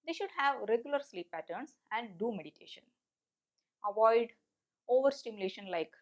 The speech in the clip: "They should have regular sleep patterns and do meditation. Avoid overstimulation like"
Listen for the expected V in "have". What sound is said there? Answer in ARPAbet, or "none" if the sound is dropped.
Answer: V